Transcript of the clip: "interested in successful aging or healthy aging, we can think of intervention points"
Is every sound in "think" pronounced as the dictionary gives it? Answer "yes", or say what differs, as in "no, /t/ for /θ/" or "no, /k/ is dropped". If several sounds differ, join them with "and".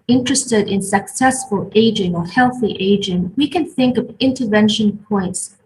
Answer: yes